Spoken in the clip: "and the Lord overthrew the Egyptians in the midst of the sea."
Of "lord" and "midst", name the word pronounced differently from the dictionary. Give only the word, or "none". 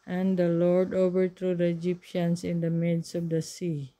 midst